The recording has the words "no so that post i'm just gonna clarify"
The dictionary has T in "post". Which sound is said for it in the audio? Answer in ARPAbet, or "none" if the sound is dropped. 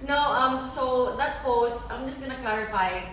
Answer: T